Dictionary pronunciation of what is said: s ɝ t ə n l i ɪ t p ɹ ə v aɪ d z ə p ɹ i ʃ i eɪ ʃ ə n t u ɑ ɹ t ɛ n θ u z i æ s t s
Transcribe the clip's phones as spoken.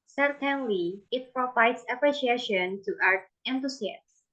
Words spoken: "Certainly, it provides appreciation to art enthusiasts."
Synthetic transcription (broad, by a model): s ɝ t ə n l i ɪ t p ɹ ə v aɪ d s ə p ɹ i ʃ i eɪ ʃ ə n t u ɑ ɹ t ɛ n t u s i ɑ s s